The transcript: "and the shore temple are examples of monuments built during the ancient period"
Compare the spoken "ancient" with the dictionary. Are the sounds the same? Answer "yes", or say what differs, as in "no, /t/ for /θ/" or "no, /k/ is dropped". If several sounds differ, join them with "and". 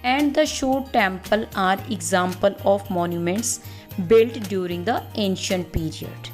yes